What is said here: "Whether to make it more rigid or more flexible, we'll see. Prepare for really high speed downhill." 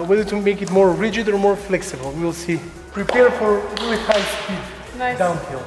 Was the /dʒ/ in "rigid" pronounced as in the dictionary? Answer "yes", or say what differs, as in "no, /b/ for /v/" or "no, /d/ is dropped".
yes